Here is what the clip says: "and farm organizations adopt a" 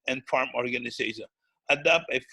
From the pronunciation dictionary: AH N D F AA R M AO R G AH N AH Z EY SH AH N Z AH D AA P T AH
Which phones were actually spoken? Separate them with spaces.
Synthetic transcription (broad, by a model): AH N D F AA R M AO R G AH N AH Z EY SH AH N AH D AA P AH